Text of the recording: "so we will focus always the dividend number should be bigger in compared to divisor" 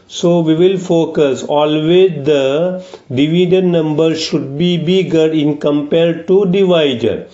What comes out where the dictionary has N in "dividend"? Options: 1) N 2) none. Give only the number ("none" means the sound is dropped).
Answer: 2